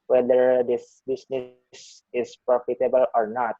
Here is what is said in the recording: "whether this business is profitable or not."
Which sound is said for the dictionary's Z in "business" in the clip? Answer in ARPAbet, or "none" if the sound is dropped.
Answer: S